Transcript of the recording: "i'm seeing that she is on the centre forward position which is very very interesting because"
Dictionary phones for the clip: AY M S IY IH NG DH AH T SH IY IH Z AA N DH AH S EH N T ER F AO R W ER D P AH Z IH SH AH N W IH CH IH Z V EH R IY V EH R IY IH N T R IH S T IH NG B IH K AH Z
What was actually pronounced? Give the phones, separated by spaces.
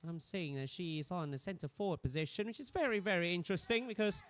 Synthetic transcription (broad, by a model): AY M S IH IH NG DH AH T SH IY IH Z N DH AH S EH N T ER F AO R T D P AH Z IH SH AH N W IH CH IH Z V EH R IY V EH R IY IH N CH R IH S T IH NG B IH K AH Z